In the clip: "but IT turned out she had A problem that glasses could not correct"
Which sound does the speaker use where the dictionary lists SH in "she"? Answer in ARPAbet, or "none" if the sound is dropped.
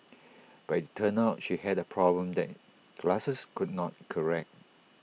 SH